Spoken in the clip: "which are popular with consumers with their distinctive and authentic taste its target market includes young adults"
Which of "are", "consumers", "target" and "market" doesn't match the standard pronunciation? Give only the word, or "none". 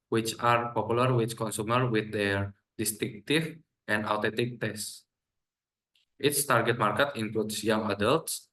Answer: consumers